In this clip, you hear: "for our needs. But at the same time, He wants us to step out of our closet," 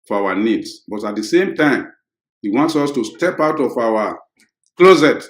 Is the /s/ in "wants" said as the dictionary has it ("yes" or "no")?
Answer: yes